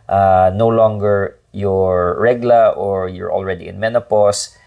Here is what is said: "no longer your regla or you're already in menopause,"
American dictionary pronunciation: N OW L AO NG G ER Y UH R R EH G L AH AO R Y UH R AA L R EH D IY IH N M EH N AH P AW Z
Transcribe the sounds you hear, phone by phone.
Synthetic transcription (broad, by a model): N OW L AO NG G ER Y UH R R EH G L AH AO R Y UH R AA L R EH D IY IH N M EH N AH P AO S